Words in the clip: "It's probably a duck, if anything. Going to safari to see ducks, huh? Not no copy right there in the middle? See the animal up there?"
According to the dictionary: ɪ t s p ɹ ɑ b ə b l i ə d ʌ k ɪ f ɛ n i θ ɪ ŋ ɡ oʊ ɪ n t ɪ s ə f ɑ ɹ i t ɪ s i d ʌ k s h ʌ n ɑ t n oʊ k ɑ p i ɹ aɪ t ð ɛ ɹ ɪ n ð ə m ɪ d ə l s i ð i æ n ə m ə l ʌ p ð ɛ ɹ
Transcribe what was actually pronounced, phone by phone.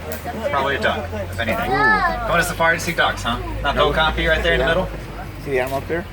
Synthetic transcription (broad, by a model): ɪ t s p ɹ ɑ b ə b l i ə d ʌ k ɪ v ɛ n i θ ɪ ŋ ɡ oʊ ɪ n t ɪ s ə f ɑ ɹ t ɪ s i d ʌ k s h ʌ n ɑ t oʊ k ɑ f i ɹ aɪ t ð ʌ ɹ ɪ n ð ə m ɪ d l s i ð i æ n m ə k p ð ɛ ɹ